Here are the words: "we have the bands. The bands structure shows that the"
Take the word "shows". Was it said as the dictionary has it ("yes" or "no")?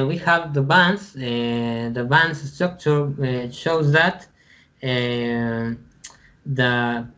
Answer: yes